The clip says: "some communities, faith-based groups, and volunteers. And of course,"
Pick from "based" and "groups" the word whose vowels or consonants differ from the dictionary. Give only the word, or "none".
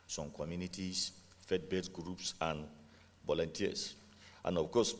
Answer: based